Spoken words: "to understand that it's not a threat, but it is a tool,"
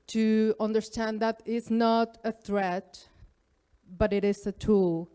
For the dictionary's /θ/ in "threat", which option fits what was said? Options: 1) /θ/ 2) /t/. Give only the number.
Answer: 1